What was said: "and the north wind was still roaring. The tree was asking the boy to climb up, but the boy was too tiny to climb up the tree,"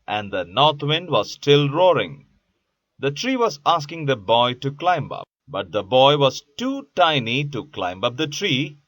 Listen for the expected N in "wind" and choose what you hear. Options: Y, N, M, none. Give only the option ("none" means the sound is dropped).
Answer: N